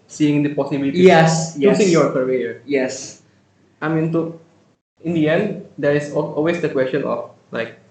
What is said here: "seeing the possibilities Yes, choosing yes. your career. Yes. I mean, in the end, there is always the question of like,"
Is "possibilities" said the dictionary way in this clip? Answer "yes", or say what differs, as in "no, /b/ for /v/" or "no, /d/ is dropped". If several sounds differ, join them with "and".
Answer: no, /z/ is dropped